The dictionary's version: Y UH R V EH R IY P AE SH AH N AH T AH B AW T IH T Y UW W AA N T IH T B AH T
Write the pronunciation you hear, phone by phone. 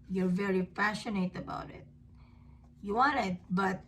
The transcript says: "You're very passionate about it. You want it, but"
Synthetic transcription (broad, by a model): Y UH R V EH R IY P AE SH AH N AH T AH B AW T IH T Y UW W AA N IH T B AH T